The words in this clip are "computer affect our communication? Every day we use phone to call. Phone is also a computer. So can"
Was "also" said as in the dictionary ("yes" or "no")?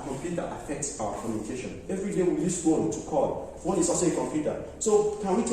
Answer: no